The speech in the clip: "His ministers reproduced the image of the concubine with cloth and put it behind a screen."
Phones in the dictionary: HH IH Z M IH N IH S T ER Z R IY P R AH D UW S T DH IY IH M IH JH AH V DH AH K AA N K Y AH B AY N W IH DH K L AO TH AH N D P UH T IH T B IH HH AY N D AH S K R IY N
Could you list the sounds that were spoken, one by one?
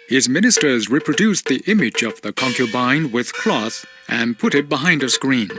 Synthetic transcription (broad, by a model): HH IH Z M IH N IH S T ER Z R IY P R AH D UW S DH IY IH M IH JH AH V DH AH K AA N K Y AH B AY N W IH DH K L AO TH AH N P UH T IH T B IH HH AY N D AH S K R IY N